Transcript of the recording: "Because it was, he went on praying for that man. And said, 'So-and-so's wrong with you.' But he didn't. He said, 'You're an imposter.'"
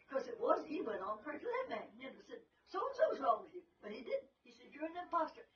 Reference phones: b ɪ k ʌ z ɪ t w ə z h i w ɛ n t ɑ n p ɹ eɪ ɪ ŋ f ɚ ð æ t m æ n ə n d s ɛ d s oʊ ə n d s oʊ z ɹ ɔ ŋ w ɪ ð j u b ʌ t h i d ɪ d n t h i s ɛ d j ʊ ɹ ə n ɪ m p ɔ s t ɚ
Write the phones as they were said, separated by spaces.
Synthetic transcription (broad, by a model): k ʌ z ɪ t w ə z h i w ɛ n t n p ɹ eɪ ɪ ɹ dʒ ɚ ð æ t m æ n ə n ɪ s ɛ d s oʊ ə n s oʊ s ɹ ɔ ŋ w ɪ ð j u b ʌ t h i d ɪ d n t h i s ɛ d j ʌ ɹ ə n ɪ m p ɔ s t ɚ